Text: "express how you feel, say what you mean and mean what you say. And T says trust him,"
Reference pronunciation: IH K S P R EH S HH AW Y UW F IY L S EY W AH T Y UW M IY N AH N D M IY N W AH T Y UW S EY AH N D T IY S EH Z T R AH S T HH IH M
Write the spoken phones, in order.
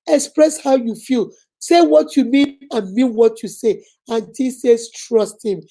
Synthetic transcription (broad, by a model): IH K S P R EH S HH AW Y UW F IY L S EY W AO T Y UW M IY N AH N M IY N W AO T Y UW S EY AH N T IY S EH S T R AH S T HH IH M